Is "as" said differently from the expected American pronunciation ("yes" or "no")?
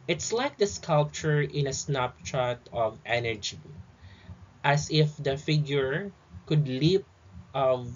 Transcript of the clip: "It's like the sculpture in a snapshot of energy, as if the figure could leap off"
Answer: yes